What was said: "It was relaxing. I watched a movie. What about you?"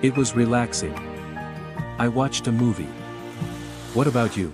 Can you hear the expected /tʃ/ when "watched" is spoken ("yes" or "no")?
yes